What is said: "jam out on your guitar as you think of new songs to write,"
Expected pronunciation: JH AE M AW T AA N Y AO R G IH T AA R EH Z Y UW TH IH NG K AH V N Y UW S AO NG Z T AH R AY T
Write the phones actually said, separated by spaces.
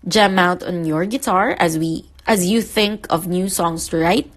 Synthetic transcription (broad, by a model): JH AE M AW T AA N Y AO R G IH T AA R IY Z Y UW TH IH NG K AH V N Y UW S AO NG S T AH R AY T